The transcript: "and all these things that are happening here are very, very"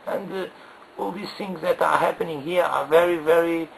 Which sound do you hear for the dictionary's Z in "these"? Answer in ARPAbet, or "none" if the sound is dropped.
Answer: S